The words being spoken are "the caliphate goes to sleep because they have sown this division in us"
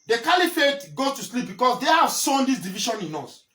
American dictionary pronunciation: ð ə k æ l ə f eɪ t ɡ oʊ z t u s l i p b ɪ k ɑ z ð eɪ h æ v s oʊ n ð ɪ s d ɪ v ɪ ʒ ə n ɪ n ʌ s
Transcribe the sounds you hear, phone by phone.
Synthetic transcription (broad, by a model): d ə k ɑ l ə f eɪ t ɡ oʊ t u s l i p b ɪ k ɑ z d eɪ h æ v s oʊ n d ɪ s d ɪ v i ʃ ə n ɪ n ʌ s